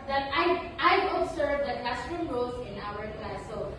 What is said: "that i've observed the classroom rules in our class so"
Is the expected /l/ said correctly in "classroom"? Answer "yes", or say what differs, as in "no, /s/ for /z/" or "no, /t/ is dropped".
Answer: no, /l/ is dropped